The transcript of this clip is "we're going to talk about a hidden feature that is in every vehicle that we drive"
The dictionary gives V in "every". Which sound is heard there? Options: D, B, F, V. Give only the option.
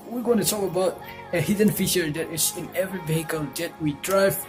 V